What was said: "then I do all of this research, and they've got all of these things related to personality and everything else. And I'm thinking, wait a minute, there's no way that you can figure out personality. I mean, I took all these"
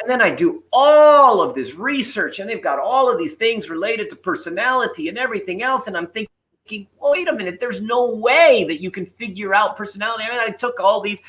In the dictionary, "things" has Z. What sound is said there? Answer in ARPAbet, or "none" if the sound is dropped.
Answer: Z